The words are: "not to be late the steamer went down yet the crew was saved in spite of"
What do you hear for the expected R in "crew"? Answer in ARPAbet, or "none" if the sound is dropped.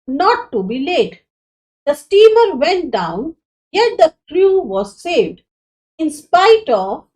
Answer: L